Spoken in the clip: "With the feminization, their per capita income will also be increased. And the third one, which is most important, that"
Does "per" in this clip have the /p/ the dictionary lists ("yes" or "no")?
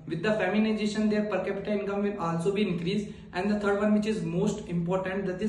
yes